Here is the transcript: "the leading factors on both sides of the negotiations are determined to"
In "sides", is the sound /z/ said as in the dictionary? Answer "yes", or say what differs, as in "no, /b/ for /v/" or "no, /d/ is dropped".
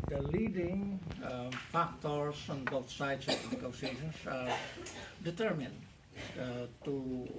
no, /s/ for /z/